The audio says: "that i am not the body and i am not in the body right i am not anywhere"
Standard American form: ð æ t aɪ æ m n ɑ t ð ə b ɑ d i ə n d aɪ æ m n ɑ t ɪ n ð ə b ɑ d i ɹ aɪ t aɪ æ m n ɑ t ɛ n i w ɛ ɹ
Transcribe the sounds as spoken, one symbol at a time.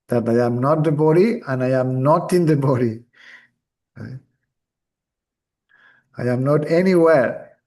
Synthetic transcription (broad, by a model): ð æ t aɪ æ m n ɑ t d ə b ɑ d i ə n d aɪ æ m n ɑ t ɪ n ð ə b ɑ d i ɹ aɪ aɪ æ m n ɑ t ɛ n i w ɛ ɹ